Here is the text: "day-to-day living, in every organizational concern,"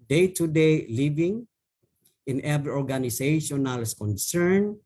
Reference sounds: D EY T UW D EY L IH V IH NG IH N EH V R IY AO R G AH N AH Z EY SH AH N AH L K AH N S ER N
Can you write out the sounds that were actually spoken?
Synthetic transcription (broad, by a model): D EY T UW D EY L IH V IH NG IH N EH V R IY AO R G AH N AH S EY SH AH N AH L K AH N S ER N